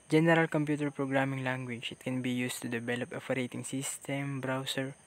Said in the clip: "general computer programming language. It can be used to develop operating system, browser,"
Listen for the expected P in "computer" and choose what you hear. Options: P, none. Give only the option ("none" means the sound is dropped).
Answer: P